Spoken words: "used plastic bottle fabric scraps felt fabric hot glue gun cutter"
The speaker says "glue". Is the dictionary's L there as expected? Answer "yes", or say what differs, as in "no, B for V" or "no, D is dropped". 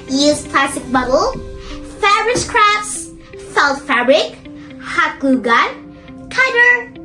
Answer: no, L is dropped